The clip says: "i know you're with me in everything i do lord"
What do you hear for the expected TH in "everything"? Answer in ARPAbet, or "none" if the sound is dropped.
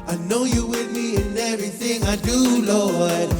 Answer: TH